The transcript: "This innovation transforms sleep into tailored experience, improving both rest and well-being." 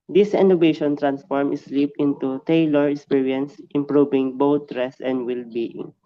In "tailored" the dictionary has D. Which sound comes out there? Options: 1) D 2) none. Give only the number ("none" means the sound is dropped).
2